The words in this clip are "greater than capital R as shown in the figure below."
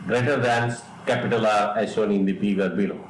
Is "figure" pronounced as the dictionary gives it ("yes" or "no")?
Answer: no